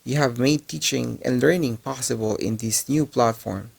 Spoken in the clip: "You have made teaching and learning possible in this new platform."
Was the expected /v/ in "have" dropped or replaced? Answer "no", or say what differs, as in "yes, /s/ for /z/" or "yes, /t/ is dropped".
no